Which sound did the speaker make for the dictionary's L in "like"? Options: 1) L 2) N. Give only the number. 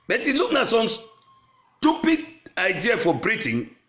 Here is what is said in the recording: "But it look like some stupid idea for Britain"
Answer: 2